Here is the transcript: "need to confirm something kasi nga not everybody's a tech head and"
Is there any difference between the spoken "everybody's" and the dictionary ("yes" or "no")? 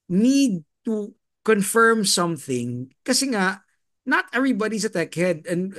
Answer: yes